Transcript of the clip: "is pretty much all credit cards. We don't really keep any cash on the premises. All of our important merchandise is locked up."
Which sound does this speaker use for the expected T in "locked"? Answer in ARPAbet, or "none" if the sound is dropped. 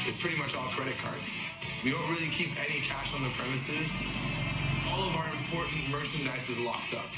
T